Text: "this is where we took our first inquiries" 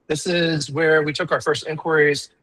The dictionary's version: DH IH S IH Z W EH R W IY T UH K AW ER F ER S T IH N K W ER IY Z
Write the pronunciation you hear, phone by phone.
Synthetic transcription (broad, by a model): DH IH S IH Z W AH R W IY T UH K AW ER F ER S T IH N K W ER IY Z